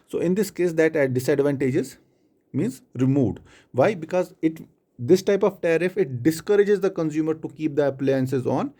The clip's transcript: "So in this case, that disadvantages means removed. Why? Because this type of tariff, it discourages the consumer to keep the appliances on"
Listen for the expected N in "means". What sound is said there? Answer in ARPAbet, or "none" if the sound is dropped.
N